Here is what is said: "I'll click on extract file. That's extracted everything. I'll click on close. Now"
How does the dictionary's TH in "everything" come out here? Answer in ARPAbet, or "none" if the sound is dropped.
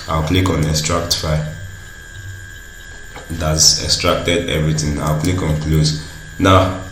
T